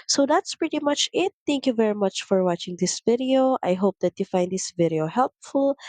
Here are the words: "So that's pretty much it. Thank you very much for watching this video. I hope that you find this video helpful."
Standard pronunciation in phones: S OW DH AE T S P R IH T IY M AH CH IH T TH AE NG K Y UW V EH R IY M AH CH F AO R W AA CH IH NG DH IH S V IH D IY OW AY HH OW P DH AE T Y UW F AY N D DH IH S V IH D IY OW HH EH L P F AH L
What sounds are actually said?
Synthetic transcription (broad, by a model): S OW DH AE T S P R IH T IY M AH CH IH T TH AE NG K Y UW V EH R IY M AH CH F AO R W AA CH IH NG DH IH S V IH D IY OW AY HH OW P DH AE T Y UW F AY N D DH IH S V IH D IY OW HH EH L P F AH L